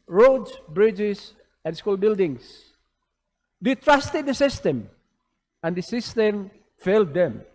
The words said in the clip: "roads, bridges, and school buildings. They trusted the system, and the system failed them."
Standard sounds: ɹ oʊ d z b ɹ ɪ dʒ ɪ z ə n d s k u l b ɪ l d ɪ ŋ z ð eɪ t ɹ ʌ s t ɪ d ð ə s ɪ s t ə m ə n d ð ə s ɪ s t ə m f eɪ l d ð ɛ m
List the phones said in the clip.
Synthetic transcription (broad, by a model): ɹ oʊ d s b ɹ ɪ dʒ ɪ s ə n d s k u l b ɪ l d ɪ ŋ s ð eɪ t ɹ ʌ s t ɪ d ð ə s ɪ s t ə m ə n d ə s ɪ s t ə m f eɪ l d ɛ m